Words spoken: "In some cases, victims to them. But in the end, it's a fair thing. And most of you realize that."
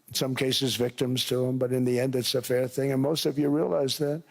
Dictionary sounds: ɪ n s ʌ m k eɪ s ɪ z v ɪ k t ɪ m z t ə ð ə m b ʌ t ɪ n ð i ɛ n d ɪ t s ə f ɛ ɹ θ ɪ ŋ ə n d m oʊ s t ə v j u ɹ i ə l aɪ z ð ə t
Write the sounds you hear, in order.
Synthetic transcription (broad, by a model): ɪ n s ʌ m k eɪ s ɪ z v ɪ k t ɪ m z t ə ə m b ʌ t ɪ n ð i ɛ n d ɪ t s ə f ɛ ɹ θ ɪ ŋ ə n m oʊ s t ə v j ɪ ɹ i ə l aɪ z ð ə t